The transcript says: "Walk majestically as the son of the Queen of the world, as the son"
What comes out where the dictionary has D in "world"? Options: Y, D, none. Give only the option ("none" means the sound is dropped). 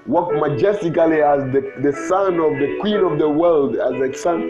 D